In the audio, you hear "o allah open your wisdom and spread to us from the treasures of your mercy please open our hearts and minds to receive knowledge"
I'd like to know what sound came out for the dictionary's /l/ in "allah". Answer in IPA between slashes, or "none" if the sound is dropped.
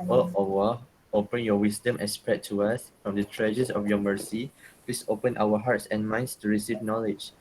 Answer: /w/